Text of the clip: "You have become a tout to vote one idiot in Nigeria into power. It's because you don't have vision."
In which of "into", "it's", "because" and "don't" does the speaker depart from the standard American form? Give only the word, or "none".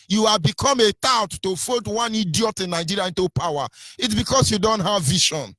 because